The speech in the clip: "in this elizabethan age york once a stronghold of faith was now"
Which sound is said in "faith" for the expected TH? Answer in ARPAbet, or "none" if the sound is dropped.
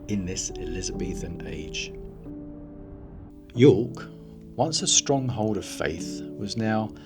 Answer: TH